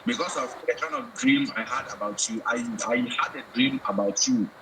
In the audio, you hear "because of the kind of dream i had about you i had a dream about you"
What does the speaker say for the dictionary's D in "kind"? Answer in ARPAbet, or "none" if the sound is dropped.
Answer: none